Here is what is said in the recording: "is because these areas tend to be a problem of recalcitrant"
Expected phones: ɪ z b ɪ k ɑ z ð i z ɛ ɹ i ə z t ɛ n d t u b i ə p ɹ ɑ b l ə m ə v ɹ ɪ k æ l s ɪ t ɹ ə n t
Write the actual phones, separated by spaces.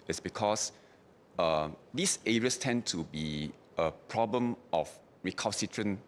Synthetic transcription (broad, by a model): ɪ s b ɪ k ɑ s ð i s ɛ ɹ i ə s t ɛ n t u b i ə p ɹ ɑ b l ə m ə f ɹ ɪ k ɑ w s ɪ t ɹ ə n